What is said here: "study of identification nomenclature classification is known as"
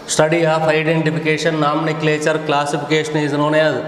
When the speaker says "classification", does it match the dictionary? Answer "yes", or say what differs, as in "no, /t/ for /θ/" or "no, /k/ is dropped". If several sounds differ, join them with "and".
no, /p/ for /f/